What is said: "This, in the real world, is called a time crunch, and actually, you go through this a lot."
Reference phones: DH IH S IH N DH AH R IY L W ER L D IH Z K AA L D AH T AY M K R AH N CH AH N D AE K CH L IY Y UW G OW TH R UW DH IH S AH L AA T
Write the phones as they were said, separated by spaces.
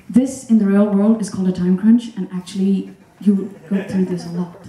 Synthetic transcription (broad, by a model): DH IH S IH N DH AH R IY L W ER L D IH Z K AA L D AH T AY M K R AH N CH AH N AE K CH L IY Y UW G OW TH R UW DH IH S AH L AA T